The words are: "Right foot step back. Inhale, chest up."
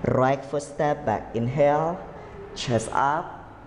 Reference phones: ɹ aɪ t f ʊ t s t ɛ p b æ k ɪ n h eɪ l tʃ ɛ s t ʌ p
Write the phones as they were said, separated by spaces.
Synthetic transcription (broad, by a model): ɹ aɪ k f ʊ s t ɛ p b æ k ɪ n h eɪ l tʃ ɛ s ʌ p